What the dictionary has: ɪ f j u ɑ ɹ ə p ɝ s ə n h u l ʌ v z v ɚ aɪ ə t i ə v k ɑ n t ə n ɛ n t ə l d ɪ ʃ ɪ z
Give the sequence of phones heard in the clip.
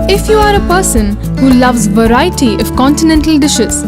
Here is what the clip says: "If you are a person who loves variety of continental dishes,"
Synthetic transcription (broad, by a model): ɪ f j u ɑ ɹ ə p ɝ s ə n h u l ʌ v z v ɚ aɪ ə t i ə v k ɑ n t ə n ɛ n t ə l d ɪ ʃ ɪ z